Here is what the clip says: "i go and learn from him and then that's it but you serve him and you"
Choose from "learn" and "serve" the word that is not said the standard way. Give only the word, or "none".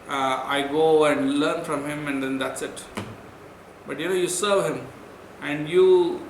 none